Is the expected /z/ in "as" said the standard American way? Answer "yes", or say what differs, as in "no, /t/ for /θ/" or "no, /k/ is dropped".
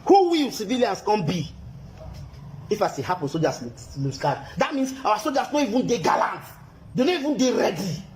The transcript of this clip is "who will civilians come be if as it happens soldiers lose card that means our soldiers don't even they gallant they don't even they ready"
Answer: no, /s/ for /z/